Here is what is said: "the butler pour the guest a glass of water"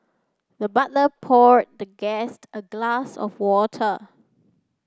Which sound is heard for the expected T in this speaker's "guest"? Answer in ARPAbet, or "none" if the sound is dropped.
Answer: T